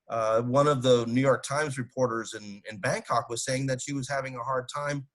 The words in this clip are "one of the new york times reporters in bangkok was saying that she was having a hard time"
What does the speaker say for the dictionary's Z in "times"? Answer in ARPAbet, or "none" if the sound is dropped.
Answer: Z